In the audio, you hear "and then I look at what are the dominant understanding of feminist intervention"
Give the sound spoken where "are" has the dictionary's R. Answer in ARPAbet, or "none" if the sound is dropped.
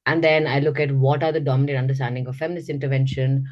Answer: R